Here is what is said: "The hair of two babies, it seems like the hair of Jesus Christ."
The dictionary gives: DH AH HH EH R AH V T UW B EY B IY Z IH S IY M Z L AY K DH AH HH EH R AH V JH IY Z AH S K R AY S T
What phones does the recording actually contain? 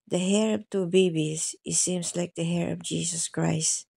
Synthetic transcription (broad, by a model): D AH HH EH R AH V T UW B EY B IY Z IH S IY M S L AY K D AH HH EH R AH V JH IY S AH S K R AY S T